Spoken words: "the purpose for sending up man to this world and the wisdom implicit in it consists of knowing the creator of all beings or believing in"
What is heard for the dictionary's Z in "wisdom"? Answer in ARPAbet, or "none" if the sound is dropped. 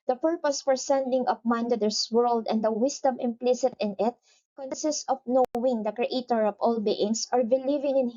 S